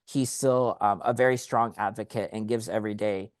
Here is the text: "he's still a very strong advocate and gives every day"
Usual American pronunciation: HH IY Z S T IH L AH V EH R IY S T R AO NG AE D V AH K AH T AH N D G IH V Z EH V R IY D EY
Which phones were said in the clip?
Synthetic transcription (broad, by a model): HH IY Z S T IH L AH V EH R IY S T R AO NG AE D V AH K AH T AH N G IH V Z EH V R IY D EY